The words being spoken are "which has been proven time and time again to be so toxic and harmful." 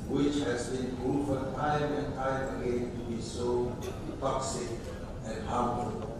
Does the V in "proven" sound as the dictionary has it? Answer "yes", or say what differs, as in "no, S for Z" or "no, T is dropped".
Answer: no, F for V